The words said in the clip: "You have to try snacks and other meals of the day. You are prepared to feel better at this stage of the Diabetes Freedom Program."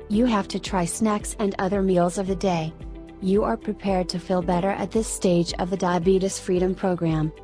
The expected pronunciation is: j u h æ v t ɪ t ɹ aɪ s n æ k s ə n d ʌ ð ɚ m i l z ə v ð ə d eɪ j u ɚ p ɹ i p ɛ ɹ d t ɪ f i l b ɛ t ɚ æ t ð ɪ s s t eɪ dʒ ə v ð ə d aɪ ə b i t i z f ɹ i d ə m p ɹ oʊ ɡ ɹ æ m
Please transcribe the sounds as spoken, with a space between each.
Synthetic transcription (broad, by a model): j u h æ f t ɪ t ɹ aɪ s n æ k s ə n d ʌ ð ɚ m i l z ə v ð ə d eɪ j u ɚ p ɹ i p ɛ ɹ d t ɪ f i l b ɛ t ɚ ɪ t ð ɪ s s t eɪ dʒ ə v ð ə d aɪ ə b i t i s f ɹ i d ə m p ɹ oʊ ɡ ɹ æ m